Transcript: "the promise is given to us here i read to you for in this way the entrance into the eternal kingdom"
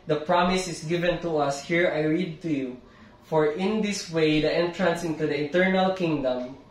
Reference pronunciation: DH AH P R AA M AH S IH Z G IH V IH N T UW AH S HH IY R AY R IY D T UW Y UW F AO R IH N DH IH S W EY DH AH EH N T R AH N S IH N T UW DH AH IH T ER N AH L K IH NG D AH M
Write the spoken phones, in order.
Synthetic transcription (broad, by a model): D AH P R AA M AH S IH S G IH V IH N T UW AH S HH IY R AY R IY D T UW Y UW F AO R IH N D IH S W EY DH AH EH N T R AH N S IH N T UW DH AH IH T ER N AH L K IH NG D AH M